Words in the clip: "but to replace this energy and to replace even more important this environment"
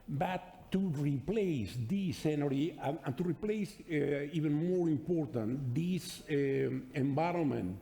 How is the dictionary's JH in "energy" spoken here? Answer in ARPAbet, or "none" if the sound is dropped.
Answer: none